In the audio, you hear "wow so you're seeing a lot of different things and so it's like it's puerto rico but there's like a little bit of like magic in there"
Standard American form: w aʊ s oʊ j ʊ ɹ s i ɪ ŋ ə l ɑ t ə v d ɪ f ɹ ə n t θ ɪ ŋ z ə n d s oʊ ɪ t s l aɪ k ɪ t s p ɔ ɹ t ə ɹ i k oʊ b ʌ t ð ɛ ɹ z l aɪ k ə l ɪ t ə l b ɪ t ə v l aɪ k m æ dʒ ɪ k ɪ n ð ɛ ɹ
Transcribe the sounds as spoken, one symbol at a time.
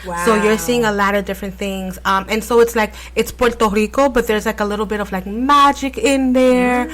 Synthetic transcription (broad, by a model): s oʊ j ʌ ɹ s i ɪ ŋ ə l ɑ t ə v d ɪ f ɹ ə n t θ ɪ ŋ z ə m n s oʊ ɪ t s l aɪ k ɪ t s p ɔ ɹ t ə ɹ i k oʊ b ʌ t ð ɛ ɹ z l aɪ k ə l ɪ t l b ɪ t ə v l aɪ k m æ dʒ ɪ k ɪ n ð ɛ ɹ